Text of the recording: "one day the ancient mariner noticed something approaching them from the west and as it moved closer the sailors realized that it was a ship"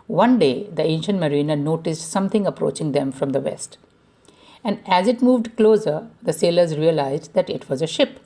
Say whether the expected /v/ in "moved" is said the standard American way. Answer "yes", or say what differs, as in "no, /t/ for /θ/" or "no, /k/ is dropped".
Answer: yes